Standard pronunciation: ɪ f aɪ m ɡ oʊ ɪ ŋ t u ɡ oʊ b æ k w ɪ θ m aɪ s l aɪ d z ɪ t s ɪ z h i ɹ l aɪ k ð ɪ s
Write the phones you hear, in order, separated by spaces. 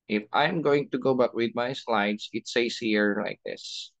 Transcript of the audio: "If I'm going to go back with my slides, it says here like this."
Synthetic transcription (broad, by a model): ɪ f aɪ m ɡ oʊ ɪ ŋ t u ɡ oʊ b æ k w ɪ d m aɪ s l aɪ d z ɪ t s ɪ s h i ɹ l aɪ k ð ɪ s